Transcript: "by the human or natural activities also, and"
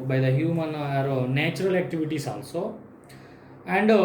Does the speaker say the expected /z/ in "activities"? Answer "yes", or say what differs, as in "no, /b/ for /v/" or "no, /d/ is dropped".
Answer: no, /s/ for /z/